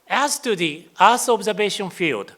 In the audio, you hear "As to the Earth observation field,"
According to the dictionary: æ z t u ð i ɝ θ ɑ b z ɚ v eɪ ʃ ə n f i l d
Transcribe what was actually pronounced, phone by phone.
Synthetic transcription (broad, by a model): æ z t u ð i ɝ s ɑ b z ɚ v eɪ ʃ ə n f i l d